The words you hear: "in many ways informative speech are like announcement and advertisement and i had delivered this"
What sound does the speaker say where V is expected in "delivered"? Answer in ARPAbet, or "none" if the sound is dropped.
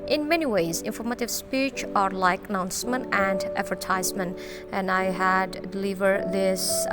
V